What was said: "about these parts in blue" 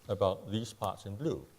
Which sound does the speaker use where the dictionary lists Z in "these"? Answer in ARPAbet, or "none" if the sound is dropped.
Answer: S